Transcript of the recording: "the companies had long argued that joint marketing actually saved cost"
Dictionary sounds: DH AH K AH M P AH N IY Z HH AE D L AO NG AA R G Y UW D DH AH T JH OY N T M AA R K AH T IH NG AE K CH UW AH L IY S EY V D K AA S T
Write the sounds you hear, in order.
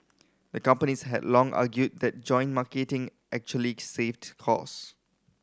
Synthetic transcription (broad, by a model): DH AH K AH M P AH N IY S HH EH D L AO NG AA G Y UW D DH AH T JH OY N M AA K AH T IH NG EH K CH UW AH L IY S EY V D K AA S